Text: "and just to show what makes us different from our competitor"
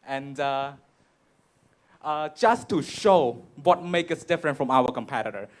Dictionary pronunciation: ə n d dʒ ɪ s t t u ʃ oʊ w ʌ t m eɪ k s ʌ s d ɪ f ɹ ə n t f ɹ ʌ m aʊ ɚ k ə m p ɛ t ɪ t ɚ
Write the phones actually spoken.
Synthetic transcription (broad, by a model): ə n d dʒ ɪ s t t u ʃ oʊ w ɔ t m eɪ k ʌ s d ɪ f ɹ ə n t f ɹ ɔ m aʊ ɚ k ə m p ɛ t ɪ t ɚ